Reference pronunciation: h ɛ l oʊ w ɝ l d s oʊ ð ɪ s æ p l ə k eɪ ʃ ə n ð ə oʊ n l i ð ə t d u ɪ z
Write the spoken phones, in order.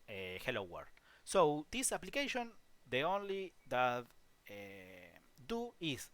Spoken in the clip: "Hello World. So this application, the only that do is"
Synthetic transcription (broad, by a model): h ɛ l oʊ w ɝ d s oʊ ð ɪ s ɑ p l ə k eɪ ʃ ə n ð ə oʊ n l i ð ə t d u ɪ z